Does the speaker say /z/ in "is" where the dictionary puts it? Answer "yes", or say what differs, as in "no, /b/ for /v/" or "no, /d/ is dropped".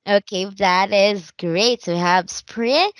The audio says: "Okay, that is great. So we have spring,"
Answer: yes